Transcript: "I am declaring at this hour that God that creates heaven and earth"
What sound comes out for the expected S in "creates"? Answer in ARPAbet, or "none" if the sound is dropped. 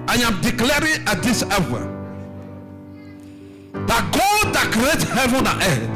none